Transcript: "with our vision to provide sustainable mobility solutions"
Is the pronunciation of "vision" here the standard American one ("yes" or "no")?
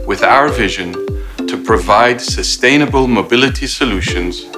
yes